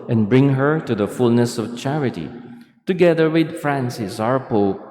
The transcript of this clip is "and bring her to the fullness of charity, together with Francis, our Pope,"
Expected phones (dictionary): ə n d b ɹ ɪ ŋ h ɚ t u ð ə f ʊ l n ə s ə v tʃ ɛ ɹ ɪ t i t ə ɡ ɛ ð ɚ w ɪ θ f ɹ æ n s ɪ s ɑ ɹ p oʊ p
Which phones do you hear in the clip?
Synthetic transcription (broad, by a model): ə n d b ɹ ɪ ŋ h ɚ t u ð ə f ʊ l n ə s ə v tʃ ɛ ɹ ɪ t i t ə ɡ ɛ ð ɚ w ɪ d f ɹ æ n s ɪ s ɑ ɹ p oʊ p